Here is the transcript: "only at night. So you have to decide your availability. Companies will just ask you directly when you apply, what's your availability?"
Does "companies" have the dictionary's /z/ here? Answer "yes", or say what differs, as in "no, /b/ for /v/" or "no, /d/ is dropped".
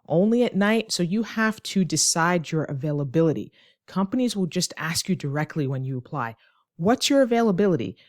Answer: yes